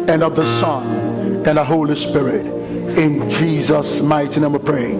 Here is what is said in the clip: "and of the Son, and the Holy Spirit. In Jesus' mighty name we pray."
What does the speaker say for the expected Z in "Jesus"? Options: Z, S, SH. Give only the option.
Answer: Z